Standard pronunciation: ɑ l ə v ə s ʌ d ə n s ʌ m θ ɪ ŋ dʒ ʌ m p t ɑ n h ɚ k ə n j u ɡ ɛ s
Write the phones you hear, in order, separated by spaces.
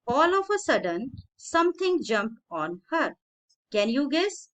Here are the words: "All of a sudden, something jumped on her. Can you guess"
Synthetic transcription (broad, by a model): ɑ l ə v ə s ʌ d ə n s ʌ m t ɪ ŋ dʒ ʌ m p t ɑ n h ɚ k ə n j u ɡ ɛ s